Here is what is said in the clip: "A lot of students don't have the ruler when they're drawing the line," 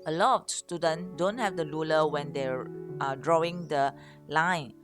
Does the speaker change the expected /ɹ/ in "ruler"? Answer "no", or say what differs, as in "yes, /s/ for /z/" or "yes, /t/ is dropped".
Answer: yes, /l/ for /ɹ/